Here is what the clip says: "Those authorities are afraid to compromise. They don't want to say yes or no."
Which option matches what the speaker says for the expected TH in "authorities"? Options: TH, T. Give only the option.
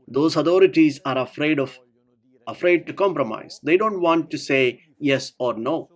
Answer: T